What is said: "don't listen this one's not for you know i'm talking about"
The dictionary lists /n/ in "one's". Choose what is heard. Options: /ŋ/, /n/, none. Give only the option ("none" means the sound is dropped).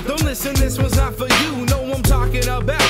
none